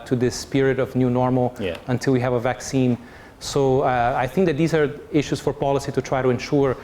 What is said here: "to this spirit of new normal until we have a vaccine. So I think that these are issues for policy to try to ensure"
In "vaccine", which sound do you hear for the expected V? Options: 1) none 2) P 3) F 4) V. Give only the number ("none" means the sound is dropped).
4